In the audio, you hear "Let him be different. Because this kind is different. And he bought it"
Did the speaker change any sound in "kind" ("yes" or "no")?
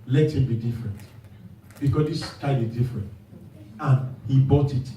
yes